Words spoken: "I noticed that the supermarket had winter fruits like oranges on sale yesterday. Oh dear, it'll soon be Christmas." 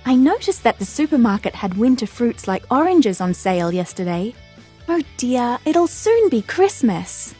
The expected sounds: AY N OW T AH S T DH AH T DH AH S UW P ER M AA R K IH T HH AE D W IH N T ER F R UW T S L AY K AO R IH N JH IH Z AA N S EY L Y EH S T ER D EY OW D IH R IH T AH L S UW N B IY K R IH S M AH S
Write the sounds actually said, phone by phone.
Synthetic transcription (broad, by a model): AY N OW T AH S DH AH T DH AH S UW P ER M AA R K IH T HH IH D W IH N T ER F R UW T S L AY K AO R IH N JH IH Z N S EY L Y EH S T ER D EY OW D IH R IH T L S UW N B IY K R IH S M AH S